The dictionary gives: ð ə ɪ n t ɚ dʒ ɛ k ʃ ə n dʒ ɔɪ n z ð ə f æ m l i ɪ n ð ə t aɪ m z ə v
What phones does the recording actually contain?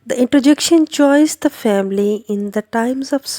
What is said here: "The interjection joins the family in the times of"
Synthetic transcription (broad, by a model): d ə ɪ n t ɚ dʒ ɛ k ʃ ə n tʃ ɔɪ z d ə f æ m l i ɪ n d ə t aɪ m z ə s